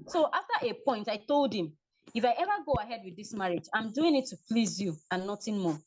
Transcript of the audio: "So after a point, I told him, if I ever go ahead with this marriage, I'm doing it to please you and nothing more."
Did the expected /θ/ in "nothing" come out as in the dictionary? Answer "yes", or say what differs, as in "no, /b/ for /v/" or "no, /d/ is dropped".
no, /t/ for /θ/